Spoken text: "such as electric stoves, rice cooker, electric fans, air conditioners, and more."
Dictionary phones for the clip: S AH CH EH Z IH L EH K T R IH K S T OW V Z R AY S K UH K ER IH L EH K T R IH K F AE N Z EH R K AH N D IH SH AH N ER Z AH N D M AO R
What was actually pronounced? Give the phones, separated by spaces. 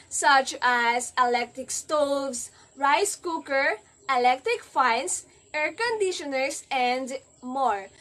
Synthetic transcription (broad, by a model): S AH CH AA S IH L EH K T R IH K S T OW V S R AY S K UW K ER IH L EH K T R IH K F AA N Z EH R K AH N D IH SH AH N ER S AH N D M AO R